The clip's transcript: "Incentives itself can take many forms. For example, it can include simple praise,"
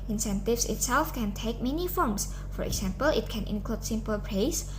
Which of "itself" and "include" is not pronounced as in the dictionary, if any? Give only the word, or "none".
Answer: none